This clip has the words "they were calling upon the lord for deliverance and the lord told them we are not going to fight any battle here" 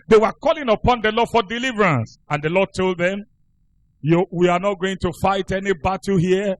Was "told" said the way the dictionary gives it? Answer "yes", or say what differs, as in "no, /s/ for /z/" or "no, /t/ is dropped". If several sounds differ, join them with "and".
yes